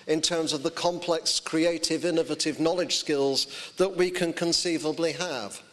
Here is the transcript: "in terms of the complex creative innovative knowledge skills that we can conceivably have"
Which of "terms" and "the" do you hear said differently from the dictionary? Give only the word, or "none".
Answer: none